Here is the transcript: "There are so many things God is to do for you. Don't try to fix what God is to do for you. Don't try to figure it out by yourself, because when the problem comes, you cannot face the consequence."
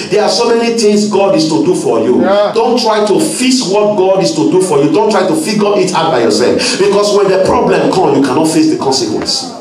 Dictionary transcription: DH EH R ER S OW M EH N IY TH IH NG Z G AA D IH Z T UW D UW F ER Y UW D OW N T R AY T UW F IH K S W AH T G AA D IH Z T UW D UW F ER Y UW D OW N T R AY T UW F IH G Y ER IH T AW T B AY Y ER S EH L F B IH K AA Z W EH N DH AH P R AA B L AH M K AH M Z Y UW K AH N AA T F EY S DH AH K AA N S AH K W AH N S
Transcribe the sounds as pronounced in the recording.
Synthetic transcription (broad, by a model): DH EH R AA S OW M EH N IY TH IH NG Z G AA D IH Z T UW D UW F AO Y UW D OW N T R AY T UW F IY S W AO T G AA D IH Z T UW D UW F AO Y UW D OW N T R AY T UW F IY G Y IH T AW T B AY Y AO S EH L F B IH K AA S W EH N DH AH P R AA B L AH M K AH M Y UW K AH N AA T F EY S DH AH K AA N S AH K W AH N S